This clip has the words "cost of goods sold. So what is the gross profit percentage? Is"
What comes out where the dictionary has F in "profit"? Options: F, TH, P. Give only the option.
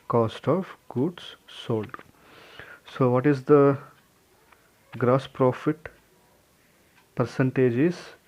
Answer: F